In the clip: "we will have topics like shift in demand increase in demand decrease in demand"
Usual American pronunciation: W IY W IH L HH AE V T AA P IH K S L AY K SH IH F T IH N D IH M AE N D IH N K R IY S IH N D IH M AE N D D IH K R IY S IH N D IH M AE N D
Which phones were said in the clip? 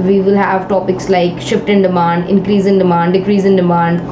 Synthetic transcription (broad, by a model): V IY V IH L HH AE V T AA P IH K S L AY K SH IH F T IH N D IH M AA N D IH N K R IY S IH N D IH M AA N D D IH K R IY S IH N D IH M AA N D